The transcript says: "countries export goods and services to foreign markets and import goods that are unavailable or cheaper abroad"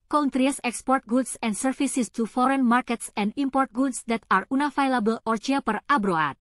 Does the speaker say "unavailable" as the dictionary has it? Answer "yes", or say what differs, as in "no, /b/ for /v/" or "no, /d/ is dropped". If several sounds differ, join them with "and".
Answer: no, /f/ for /v/